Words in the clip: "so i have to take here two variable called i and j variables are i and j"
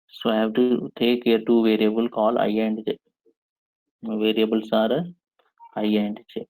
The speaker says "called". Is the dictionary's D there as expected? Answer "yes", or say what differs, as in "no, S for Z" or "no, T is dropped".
no, D is dropped